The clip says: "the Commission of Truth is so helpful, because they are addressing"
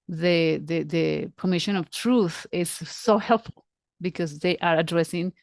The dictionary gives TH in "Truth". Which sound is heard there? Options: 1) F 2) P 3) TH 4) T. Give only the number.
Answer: 3